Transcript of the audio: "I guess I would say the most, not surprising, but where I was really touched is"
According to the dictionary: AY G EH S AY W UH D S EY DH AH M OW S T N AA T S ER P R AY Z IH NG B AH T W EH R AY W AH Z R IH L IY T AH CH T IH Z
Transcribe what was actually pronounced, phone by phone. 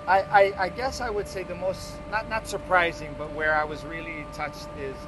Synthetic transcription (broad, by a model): AY G EH S AY W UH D S EY DH AH M OW S T N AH T S ER P R AY Z IH NG B AH T W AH R AY W AH Z R IH L IY T AH CH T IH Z